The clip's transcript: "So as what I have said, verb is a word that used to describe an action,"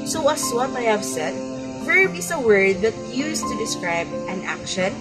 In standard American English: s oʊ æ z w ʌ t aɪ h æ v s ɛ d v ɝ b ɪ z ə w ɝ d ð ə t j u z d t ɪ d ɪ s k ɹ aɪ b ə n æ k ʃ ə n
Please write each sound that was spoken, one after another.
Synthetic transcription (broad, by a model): s oʊ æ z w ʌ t aɪ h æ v s ɛ d f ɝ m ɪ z ə w ɝ d ð ə t j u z t ɪ d ɪ s k ɹ aɪ b ə n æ k ʃ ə n